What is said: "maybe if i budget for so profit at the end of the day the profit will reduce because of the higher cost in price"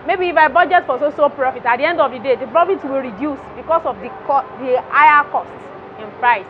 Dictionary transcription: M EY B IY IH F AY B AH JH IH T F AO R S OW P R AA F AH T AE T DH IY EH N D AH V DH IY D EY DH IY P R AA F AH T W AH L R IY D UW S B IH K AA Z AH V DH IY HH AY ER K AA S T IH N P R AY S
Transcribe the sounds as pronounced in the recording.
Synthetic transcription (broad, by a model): M EY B IY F AY B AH JH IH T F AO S S OW P R AA F AH T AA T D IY EH N D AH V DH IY D EY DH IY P R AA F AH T W AH L R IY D UW S B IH K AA S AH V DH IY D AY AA K AA S T IH N P R AY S